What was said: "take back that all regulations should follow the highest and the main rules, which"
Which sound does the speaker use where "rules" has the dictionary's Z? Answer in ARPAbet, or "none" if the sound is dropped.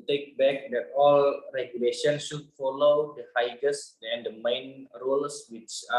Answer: S